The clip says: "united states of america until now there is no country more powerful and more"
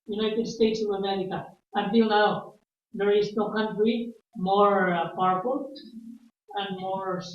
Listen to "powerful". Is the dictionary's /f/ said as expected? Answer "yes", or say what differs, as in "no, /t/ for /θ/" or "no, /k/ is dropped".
no, /p/ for /f/